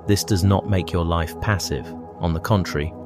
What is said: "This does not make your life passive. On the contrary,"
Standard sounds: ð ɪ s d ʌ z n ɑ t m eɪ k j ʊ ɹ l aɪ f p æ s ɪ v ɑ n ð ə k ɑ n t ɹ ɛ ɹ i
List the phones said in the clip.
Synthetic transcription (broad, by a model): ð ɪ s d ʌ z n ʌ t m eɪ k j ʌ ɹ l aɪ f p æ s ɪ v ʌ n ð ə k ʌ n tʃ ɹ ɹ i